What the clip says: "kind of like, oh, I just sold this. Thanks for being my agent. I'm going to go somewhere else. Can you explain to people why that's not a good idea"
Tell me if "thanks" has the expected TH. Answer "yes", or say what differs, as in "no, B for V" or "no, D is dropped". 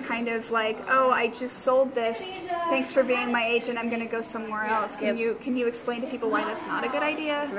yes